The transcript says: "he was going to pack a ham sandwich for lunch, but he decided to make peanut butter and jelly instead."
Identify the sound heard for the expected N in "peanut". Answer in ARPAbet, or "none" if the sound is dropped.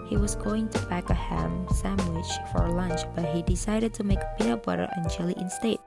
none